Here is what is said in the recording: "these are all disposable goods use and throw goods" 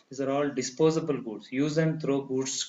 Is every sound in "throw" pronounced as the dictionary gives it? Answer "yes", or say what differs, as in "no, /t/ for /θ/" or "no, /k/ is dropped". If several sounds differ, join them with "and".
no, /t/ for /θ/